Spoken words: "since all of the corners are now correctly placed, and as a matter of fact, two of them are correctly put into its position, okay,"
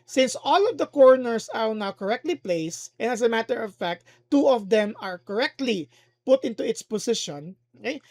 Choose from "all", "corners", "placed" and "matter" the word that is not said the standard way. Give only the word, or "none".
corners